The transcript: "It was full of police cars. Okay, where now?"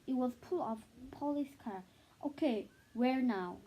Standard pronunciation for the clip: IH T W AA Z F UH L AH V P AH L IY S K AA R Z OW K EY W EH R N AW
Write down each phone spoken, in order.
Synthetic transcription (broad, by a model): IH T W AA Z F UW L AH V P AH L IY S K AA R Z OW K EY W EH R N AW